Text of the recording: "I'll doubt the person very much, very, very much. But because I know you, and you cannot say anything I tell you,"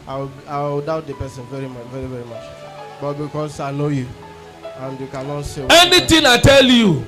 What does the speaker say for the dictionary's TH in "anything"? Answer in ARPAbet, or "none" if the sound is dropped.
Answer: T